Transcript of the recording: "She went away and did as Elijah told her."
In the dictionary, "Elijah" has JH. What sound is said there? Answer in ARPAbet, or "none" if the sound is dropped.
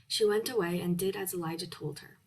JH